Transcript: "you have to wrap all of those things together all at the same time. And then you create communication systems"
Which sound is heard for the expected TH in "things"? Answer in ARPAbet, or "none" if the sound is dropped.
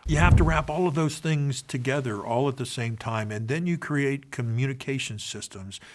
TH